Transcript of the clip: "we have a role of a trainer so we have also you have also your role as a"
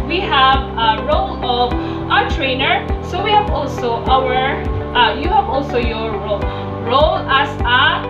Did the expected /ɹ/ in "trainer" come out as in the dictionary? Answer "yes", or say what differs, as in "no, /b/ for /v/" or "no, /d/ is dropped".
yes